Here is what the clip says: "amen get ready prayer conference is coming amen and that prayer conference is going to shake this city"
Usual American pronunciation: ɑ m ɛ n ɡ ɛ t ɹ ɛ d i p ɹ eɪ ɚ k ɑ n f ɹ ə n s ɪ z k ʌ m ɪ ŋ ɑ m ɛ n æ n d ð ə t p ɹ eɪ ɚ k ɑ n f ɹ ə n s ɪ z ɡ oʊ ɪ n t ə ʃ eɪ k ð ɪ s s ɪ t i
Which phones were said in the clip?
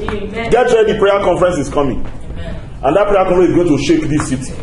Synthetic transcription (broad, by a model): ɡ ɛ t w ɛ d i p ɹ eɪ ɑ k ɑ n f ɹ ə n s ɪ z k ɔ m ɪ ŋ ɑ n n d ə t p ɹ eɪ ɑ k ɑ f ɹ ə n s ɪ z ɡ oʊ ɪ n t ə ʃ eɪ k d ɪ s s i t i